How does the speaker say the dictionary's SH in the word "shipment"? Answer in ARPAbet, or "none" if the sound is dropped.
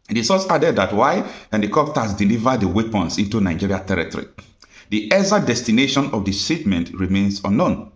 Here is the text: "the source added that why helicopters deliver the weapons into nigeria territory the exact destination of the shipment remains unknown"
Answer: S